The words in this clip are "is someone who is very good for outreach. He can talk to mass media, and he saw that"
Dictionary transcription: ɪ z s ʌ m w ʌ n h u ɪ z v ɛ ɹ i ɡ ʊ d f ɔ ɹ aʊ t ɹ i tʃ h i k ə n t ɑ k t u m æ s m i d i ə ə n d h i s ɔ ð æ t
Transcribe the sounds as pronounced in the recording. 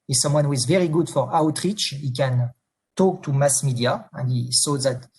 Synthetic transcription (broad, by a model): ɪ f s ʌ m w ʌ n h u ɪ z v ɛ ɹ i ɡ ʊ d f ɔ ɹ aʊ t ɹ i tʃ h i k ə n t ɑ k t u m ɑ s m i d i ə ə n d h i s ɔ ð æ t